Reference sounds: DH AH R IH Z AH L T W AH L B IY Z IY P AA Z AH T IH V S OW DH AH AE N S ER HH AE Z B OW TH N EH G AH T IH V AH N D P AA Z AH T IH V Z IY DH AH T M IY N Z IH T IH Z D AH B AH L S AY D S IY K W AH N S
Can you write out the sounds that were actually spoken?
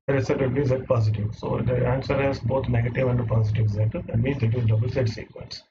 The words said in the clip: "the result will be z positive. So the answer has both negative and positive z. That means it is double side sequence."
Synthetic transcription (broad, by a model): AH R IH S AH T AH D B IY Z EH P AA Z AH T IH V S OW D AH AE N S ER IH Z B OW T N EH G AH T IH V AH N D P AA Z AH T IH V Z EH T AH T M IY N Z IH T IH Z D AH B AH L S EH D S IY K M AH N S